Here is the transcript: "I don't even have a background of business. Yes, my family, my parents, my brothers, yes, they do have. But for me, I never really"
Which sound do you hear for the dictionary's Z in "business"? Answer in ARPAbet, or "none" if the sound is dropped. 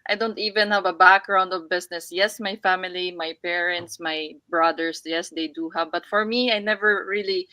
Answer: S